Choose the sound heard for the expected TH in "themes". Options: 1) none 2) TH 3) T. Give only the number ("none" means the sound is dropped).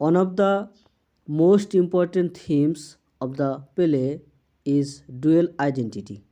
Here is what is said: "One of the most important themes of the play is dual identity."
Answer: 3